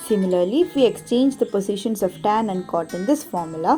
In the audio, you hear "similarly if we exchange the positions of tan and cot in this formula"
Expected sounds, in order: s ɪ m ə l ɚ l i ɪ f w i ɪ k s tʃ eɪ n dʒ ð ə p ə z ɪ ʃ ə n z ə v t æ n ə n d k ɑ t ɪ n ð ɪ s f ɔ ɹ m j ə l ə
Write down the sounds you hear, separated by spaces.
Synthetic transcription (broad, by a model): s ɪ m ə l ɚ l i ɪ f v i ɪ k s tʃ eɪ n dʒ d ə p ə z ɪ ʃ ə n s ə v t æ n ə n d k ɑ t ɪ n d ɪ s f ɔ ɹ m j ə l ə